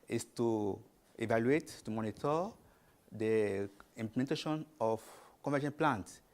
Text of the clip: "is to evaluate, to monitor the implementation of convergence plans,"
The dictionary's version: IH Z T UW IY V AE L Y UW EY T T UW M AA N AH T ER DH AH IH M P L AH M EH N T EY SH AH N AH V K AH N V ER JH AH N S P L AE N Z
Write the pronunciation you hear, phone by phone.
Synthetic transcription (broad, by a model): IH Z T UW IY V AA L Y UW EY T T UW M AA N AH T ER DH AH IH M P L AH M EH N T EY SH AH N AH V K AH V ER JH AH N P L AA N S